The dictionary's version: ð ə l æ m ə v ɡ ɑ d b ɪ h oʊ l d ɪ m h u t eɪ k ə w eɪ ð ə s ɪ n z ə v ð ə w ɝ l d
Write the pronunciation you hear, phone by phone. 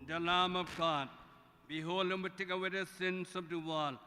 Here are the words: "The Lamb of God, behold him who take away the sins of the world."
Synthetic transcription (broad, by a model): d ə l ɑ m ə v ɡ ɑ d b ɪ h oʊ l ɪ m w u t eɪ k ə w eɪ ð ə s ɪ n s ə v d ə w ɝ l